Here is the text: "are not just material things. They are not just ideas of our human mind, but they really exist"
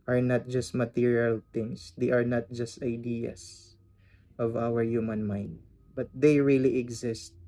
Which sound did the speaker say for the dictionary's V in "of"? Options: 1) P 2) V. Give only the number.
2